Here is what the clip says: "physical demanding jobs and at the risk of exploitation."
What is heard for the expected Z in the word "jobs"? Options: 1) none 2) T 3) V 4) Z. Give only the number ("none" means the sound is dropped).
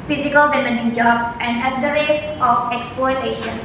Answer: 1